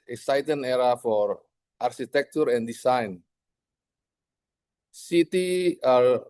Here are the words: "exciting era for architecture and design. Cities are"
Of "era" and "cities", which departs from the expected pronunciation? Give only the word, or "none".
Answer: cities